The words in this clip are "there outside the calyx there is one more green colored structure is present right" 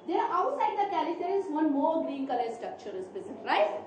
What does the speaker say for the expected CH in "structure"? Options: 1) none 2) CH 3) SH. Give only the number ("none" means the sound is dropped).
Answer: 2